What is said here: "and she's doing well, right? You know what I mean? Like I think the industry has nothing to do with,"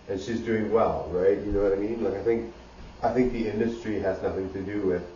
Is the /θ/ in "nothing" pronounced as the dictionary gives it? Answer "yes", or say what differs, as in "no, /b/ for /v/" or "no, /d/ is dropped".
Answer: yes